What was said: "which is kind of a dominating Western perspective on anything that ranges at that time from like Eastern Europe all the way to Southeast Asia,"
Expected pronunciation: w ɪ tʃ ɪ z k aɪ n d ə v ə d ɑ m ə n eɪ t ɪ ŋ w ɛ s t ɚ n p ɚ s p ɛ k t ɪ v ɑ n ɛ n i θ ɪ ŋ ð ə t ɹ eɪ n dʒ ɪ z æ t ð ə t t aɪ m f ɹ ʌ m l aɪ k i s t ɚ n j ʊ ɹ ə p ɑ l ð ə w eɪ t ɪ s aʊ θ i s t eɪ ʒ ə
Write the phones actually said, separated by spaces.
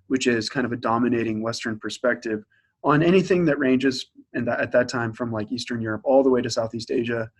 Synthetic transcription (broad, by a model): w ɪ tʃ ɪ z k aɪ n d ə v ə d ɑ m ə n eɪ t ɪ ŋ w ɛ s t ɚ n p ɚ s p ɛ k t ɪ v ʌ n ɛ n i θ ɪ ŋ ð ə t ɹ eɪ n dʒ ɪ z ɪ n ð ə t t aɪ m f ɹ ʌ m l aɪ k i s t ɚ n j ʊ ɹ ə p ɑ l ð ə w eɪ t ɪ s aʊ θ i s t eɪ ʒ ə